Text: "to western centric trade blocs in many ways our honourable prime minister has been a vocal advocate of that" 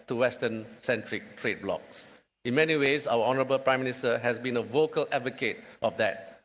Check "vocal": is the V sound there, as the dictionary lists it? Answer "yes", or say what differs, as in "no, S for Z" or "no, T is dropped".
yes